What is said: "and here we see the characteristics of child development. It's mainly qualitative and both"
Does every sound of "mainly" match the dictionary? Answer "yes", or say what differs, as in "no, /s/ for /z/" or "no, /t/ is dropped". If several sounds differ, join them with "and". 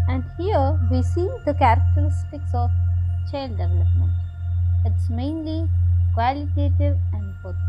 yes